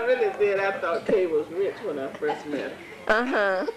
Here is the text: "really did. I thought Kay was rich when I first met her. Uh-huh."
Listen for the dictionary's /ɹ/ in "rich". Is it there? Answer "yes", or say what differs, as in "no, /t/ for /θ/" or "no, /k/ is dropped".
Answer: yes